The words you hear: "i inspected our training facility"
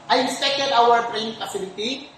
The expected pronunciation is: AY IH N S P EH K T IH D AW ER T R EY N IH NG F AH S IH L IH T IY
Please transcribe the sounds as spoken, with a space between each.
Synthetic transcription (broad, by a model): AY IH S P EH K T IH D AW ER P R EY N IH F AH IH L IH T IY